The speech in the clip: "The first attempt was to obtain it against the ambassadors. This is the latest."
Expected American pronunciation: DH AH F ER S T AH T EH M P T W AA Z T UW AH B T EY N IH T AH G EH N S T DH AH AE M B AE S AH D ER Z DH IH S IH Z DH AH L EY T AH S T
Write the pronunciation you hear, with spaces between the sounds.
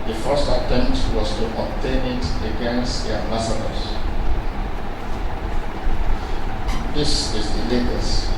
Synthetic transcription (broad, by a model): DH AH F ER S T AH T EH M T W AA S T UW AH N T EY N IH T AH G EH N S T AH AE M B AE S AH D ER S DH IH S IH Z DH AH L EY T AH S